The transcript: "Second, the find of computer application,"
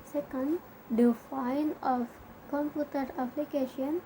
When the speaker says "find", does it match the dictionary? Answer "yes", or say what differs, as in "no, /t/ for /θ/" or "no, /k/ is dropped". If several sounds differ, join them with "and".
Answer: no, /d/ is dropped